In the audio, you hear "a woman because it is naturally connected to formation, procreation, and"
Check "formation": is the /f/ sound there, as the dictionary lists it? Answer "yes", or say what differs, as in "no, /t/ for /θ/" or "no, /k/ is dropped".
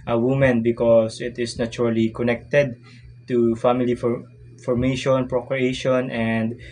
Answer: yes